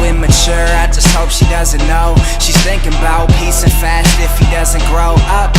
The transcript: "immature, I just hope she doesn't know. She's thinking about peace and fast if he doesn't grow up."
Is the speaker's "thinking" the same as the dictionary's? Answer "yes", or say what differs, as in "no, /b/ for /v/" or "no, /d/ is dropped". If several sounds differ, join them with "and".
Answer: yes